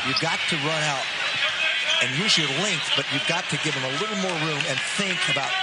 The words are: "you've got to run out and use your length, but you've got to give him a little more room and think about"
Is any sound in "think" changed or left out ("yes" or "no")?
no